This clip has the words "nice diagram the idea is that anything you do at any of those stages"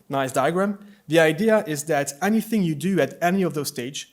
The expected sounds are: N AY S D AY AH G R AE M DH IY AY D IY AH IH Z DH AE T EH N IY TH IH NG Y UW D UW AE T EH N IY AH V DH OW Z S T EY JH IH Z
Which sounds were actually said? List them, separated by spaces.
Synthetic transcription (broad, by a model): N AY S D AY AH G R AE M DH IY AY D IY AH IH Z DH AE T EH N IY TH IH NG Y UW D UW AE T EH N IY AH V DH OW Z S T EY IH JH